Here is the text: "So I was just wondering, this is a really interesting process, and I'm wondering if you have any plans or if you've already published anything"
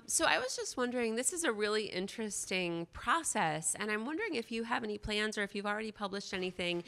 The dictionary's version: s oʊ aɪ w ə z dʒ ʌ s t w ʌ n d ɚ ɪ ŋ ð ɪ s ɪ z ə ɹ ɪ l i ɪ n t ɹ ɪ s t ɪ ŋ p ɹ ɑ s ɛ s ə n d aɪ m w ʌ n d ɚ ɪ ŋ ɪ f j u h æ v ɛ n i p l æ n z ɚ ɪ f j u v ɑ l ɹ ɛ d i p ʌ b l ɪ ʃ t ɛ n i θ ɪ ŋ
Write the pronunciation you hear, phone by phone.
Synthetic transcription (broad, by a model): s oʊ aɪ w ə z dʒ ʌ s t w ʌ n d ɚ ɪ ŋ ð ɪ s ɪ z ə ɹ ɪ l i ɪ n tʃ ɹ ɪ s t ɪ ŋ p ɹ ɑ s ɛ s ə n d aɪ m w ʌ n d ɚ ɪ ŋ ɪ f j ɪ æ v ɛ n i p l æ n z ɚ ɪ f j u v l ɹ ɛ d i p ʌ b l ɪ ʃ t ɛ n i θ ɪ ŋ